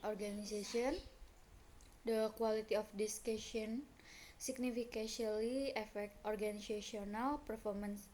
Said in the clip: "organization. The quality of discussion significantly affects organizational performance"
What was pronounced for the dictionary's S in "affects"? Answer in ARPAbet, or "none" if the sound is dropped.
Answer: none